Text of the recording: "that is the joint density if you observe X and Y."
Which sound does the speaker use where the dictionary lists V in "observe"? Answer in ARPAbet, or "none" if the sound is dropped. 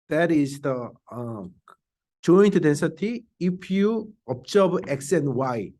B